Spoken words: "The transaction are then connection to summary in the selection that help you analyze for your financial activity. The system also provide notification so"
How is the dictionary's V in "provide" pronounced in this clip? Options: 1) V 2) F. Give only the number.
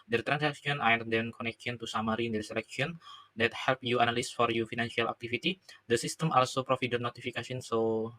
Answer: 2